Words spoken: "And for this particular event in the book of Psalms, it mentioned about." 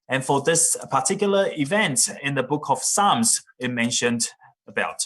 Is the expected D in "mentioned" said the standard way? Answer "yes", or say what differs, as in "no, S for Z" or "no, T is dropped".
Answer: yes